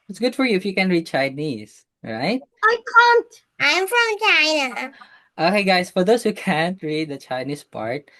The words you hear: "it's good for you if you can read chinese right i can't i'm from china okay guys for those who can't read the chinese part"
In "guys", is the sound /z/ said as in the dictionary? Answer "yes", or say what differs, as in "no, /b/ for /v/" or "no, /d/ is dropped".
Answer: no, /s/ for /z/